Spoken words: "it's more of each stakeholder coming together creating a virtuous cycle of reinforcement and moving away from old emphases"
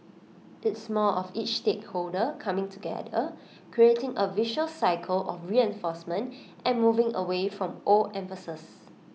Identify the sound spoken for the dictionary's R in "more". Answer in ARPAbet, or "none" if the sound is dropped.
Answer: L